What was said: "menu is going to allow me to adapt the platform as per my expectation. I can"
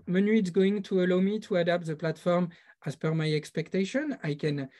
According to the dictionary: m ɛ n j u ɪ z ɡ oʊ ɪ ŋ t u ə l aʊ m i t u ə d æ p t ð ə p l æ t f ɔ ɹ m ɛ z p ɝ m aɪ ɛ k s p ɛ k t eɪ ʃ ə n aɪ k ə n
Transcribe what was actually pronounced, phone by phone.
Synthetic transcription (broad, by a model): m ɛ n j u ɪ s ɡ oʊ ɪ ŋ t u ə l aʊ m i t u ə d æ p t ð ə p l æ t f ɔ ɹ m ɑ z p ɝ m aɪ ɛ k s p ɛ k t eɪ ʃ ə n aɪ k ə n